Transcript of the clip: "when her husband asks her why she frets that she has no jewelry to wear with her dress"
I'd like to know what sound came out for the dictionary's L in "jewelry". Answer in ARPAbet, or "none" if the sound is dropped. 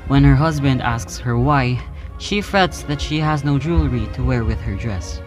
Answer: L